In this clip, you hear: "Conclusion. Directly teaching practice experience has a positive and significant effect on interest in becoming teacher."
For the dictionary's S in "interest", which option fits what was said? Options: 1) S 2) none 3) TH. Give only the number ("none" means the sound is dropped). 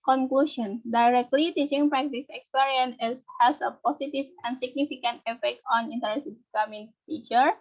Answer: 2